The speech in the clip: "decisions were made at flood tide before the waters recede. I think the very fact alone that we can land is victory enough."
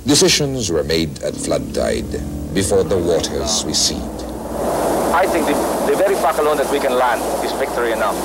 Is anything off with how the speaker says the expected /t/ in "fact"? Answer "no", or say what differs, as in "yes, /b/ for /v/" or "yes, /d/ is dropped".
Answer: yes, /t/ is dropped